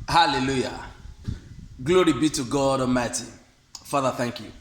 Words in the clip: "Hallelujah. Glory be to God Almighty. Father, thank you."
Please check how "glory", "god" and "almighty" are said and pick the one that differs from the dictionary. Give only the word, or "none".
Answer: almighty